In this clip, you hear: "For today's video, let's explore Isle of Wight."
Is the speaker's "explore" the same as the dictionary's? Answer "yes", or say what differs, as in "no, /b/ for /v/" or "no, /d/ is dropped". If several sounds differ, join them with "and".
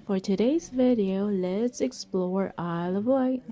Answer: yes